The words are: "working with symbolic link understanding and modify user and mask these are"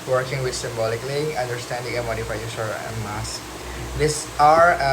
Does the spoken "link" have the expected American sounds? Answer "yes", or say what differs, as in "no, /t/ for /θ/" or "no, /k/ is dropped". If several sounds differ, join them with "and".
no, /k/ is dropped